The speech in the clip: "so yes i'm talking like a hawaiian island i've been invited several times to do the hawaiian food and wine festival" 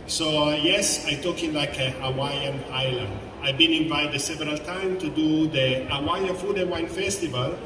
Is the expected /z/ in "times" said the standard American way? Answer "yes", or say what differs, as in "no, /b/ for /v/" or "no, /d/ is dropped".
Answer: no, /z/ is dropped